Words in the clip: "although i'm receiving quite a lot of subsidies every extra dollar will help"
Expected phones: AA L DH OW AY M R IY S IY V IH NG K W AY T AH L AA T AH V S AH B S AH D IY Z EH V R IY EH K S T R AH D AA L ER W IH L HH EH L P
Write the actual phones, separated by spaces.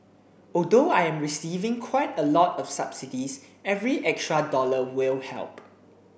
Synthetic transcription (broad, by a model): AA L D OW AY M R IY S IY V IH NG K W AY T AH L AA T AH F S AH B S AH D IY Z EH V R IY EH K S T R AH D AA L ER W IH L HH EH L P